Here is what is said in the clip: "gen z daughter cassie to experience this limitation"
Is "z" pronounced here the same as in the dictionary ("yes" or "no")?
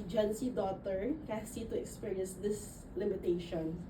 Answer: no